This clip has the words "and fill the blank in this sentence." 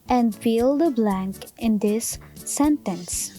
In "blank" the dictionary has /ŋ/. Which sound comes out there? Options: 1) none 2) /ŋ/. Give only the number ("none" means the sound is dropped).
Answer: 2